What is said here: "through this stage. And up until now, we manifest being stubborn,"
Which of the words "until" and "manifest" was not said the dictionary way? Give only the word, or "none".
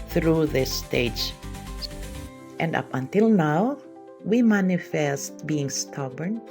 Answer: none